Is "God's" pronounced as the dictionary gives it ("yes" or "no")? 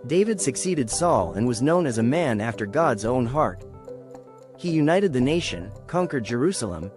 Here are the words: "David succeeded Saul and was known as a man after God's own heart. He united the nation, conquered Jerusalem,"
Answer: yes